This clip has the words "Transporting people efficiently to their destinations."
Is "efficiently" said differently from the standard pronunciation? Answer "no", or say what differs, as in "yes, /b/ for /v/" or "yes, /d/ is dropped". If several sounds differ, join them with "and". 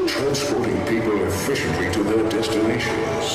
no